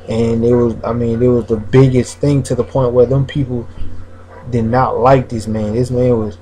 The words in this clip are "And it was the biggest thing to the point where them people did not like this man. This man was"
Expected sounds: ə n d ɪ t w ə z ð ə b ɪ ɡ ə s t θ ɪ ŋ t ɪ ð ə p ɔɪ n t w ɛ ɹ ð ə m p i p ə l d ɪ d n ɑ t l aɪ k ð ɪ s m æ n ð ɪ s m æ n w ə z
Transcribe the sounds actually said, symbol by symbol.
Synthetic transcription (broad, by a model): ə n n ɪ t w ə z ð ə b ɪ ɡ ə s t θ ɪ ŋ t ɪ ð ə p ɔɪ n t w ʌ ɹ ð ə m p i p l d ɪ d n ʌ t l aɪ k ð ɪ s m æ n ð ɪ s m æ n w ə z